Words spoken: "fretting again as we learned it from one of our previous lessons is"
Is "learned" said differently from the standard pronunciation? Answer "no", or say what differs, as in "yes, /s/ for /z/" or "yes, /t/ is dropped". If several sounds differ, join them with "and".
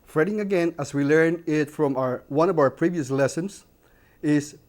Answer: yes, /d/ is dropped